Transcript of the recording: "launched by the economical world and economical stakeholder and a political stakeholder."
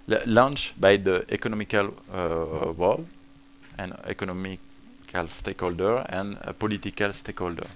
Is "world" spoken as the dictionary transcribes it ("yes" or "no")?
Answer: no